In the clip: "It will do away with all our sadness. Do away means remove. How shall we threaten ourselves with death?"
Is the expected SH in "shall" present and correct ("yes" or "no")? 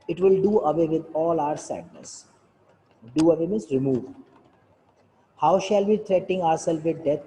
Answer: yes